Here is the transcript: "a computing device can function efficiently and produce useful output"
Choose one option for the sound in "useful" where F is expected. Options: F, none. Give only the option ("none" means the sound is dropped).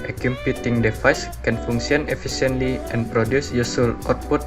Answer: none